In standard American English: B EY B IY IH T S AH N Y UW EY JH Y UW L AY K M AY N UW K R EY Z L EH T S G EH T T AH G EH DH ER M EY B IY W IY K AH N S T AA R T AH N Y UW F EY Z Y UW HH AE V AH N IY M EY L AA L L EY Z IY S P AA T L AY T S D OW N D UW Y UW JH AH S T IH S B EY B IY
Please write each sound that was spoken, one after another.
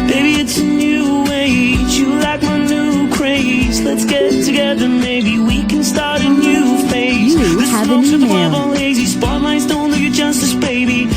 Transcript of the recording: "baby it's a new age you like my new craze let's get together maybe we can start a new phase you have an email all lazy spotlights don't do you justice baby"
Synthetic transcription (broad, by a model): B EY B IY IH T S AH N Y UW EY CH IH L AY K M AY N UW K R EY Z L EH T S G EH T T AH G EH DH ER M EY B IY W IY K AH N S T AA R T AH N Y UW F EY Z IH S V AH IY EY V AA L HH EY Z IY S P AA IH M AY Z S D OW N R Y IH JH AH S T IH S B EY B IY